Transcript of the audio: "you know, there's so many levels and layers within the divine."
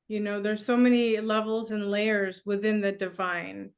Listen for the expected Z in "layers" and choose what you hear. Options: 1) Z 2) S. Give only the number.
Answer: 1